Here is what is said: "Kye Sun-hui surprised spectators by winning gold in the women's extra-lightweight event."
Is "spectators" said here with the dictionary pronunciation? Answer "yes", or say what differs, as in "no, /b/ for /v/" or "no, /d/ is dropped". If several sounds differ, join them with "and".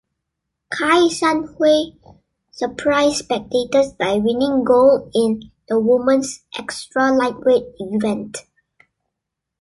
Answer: no, /s/ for /z/